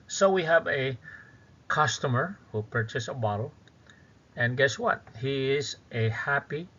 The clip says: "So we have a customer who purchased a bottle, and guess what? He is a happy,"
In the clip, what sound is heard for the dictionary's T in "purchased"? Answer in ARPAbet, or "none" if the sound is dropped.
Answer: none